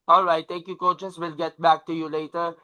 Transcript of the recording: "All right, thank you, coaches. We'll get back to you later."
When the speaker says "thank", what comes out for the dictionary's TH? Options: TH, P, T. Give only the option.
T